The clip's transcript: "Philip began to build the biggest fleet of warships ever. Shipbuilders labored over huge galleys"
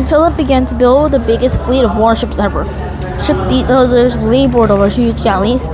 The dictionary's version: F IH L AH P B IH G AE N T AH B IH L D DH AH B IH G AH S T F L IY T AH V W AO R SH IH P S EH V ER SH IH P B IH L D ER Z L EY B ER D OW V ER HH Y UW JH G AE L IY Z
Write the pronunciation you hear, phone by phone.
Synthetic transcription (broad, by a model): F IH L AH P B IH G AE N T AH B IH L D DH AH B IH G AH S T F L IY T AH V W AO R SH IH P S EH V ER SH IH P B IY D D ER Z L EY B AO D OW V ER HH Y UW JH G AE L IY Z